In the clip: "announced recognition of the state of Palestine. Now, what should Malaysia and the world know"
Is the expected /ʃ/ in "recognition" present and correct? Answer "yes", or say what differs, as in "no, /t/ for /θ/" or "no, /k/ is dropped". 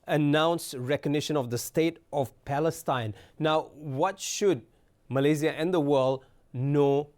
yes